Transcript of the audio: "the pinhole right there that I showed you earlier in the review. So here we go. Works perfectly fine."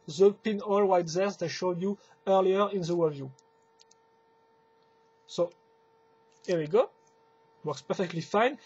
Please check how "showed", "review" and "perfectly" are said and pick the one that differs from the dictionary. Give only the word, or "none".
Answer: review